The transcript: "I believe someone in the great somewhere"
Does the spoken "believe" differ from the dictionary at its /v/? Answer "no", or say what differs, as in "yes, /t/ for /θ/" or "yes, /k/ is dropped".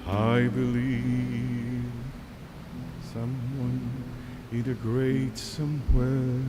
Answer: no